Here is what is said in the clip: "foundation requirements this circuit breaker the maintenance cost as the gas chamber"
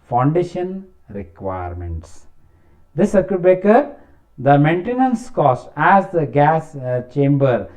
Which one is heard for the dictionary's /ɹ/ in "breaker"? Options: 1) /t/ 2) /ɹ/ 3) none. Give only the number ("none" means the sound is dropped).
3